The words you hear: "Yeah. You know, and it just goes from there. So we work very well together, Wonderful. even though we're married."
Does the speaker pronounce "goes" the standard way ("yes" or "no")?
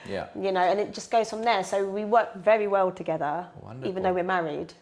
yes